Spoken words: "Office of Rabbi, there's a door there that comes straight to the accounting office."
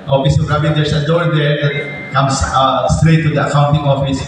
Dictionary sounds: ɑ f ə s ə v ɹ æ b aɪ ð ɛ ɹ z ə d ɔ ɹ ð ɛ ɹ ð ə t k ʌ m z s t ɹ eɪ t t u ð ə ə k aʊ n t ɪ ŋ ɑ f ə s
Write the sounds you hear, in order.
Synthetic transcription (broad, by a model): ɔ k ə s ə p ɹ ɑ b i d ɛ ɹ s ə d ɔ ɹ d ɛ ɹ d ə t k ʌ m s s t ɹ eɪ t t u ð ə ə k aʊ n t ɪ ŋ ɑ f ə s